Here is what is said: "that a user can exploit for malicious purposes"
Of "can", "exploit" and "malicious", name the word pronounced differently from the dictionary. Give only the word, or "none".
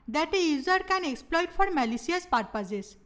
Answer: malicious